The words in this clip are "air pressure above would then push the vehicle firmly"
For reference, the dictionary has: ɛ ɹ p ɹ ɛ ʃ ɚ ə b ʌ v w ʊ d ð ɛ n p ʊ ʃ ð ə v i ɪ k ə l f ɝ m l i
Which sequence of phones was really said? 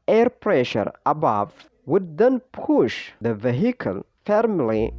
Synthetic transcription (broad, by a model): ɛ ɹ p ɹ ɛ ʃ ɚ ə b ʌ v w ʊ d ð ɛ n p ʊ ʃ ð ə v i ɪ k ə l f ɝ m l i